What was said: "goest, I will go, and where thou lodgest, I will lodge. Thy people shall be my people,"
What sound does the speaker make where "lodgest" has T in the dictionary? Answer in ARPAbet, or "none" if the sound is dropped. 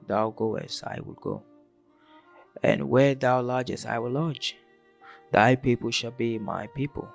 none